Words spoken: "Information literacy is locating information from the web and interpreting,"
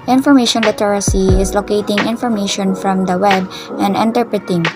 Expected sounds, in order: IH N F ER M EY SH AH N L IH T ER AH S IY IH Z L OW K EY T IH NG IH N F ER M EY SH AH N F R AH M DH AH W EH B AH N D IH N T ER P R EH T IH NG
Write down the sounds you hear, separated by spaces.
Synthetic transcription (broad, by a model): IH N F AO M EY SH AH N L IH T ER AH S IY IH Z L OW K EY T IH NG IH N F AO M EY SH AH N F R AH M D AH W EH B AH N D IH N T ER P R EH T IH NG